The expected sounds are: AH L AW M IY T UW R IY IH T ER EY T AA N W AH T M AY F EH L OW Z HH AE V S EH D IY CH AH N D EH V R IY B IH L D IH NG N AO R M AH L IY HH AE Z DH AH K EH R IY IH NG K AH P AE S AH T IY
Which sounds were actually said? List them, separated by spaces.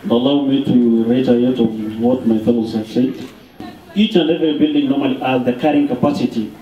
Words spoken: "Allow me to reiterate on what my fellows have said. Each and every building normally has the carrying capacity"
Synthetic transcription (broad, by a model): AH L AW M IY T UW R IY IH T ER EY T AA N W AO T M AY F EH L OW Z HH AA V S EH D IY CH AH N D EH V IY B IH L D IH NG N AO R M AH L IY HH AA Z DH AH K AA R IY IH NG K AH P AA S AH T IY